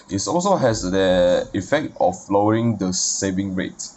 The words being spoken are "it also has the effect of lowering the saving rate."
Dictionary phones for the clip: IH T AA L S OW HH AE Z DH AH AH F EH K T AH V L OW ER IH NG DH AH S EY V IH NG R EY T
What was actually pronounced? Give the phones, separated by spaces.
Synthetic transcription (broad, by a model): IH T AA L S OW HH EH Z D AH AH F EH K T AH F L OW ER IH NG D AH S EY V IH NG R EY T